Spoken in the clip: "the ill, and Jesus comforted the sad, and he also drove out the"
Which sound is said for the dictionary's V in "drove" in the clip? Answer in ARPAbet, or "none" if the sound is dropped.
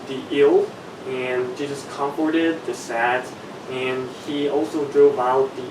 V